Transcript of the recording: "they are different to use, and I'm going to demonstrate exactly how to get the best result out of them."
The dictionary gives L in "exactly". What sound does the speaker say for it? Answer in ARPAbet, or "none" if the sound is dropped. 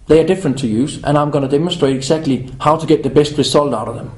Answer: L